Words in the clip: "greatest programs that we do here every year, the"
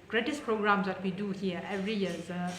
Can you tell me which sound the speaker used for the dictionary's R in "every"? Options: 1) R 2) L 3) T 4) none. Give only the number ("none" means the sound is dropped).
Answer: 1